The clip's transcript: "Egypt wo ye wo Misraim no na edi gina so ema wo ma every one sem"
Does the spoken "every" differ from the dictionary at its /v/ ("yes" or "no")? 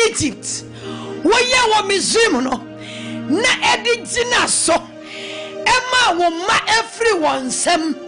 yes